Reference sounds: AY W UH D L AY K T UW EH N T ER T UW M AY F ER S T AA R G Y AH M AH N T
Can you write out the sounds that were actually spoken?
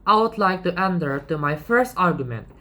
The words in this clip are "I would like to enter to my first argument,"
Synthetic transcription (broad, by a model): AY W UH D L AY K T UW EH N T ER T UW M AY F ER S T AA R G Y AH M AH N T